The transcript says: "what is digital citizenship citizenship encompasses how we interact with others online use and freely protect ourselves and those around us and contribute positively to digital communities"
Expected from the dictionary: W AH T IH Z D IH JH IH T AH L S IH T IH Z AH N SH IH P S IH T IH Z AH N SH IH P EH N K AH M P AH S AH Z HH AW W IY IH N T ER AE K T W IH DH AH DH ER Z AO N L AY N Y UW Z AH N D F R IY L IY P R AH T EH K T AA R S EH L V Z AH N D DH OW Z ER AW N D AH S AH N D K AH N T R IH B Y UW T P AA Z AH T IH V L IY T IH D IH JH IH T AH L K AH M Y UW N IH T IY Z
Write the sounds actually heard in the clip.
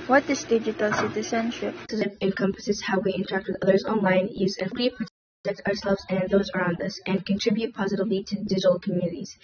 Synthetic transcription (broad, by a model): W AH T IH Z D IH JH IH T AH L S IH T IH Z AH N SH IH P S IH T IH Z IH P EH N K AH M P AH S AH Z HH AW W IY IH N T ER AE K T W IH DH AH DH ER Z AO N L AY N Y UW Z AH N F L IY P R AH T EH K T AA R S EH L V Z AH N DH OW Z ER AW N D AH S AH N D K AH N T R IH B Y UW T P AA Z AH T IH V L IY T IH D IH JH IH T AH L K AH M Y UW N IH T IY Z